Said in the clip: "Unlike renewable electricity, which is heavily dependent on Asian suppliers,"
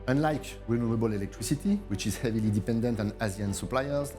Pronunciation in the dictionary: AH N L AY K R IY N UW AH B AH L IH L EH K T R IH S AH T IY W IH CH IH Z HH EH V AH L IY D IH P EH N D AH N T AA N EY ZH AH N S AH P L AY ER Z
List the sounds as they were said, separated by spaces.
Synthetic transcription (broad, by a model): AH N L AY K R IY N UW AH B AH L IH L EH K T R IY S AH T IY W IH CH IH Z HH EH V AH L IY D IH P EH N D AH N T AA N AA Z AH N S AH P L AY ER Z